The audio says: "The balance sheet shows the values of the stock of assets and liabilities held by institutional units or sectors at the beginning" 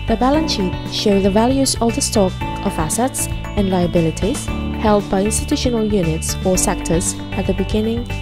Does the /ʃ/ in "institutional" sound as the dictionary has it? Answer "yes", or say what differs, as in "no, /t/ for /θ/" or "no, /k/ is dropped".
yes